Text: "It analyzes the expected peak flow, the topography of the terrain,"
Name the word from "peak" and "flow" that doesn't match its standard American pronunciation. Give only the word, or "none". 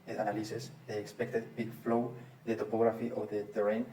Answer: peak